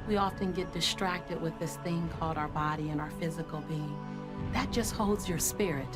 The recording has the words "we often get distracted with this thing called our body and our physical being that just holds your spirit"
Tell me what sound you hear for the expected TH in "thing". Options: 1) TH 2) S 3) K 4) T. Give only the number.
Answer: 1